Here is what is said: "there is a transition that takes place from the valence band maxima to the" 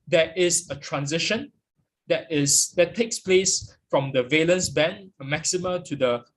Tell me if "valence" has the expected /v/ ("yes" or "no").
yes